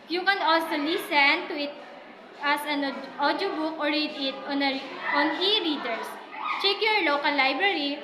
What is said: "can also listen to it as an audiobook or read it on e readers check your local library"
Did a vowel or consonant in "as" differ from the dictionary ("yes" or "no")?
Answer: yes